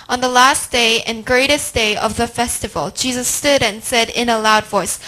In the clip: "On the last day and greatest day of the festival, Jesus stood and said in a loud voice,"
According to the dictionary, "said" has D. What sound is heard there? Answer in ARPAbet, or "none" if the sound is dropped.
D